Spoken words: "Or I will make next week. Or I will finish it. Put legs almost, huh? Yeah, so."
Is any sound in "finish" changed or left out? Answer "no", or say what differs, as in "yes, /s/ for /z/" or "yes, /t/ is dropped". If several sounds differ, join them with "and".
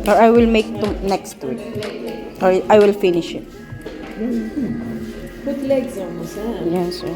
no